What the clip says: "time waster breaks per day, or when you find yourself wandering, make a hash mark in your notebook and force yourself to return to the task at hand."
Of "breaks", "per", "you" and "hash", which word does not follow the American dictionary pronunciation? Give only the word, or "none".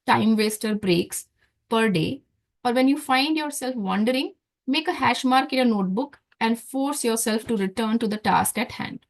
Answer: none